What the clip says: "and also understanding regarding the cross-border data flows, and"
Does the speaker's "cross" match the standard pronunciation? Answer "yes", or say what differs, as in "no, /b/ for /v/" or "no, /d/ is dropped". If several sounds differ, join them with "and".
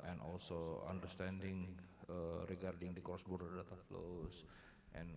no, /ɹ/ is dropped